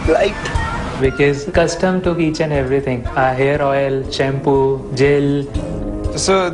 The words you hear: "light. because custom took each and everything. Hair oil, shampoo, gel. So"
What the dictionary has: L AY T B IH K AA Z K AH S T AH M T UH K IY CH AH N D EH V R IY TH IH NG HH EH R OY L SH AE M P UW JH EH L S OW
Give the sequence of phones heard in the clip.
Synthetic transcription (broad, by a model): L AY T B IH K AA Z K AH S T AH M T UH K IY CH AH N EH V R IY T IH NG HH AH R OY L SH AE M P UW JH EH L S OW